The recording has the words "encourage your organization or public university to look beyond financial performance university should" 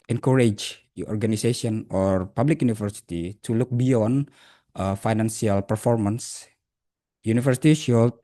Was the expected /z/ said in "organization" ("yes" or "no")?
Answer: no